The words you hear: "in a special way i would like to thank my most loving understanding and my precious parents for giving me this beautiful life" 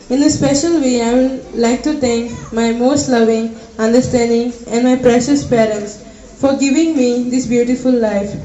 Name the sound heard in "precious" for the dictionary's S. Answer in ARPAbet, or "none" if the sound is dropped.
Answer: S